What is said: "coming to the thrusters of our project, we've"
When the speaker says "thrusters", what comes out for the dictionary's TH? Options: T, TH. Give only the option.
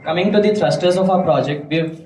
T